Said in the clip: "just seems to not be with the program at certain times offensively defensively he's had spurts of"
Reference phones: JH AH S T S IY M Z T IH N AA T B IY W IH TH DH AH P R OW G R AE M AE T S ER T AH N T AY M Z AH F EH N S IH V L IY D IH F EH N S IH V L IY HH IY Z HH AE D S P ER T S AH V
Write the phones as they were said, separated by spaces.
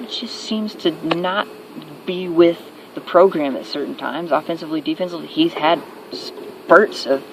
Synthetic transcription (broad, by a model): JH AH S T S IY M Z T IH N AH T B IY W IH DH AH P R OW G R AE M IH T S ER T N T AY M Z AH F EH N S IH V L IY D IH F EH N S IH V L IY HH IY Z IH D S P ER T S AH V